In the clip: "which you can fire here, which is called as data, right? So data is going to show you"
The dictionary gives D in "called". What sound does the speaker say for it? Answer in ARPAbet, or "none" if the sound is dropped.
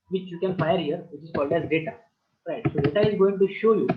D